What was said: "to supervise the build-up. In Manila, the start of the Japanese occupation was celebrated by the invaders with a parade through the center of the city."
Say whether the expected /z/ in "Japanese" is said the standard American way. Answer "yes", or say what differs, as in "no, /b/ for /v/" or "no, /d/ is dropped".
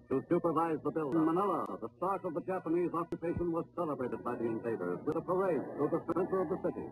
yes